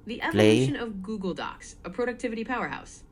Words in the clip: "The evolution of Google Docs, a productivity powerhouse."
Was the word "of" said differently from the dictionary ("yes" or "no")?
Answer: no